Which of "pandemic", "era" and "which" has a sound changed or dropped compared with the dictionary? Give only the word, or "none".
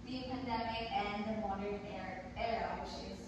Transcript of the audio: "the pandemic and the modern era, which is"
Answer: which